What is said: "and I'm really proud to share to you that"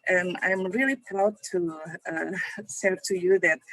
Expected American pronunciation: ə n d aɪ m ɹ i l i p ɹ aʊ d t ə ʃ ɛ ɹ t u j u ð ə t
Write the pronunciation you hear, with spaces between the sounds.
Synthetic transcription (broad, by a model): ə n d aɪ m ɹ i l i p ɹ aʊ d t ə s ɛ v t u j u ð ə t